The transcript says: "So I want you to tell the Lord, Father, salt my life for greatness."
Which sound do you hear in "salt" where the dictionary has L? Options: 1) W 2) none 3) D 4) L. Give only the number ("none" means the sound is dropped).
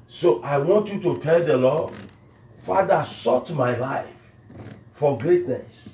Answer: 2